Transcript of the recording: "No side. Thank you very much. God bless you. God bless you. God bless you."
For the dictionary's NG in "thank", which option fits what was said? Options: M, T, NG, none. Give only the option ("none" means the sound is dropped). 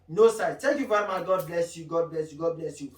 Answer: none